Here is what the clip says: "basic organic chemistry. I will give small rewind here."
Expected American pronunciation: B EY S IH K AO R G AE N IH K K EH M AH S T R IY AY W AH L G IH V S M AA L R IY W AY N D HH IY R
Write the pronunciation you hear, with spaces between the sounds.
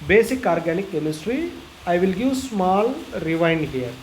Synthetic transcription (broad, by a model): B EY S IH K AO R G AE N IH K K EH M AH S T R IY AY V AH L G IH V S M AA L R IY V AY N D HH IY R